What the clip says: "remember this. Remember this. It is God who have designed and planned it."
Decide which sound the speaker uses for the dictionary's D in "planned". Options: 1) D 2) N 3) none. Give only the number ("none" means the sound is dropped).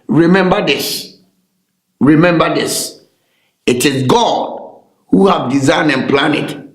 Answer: 3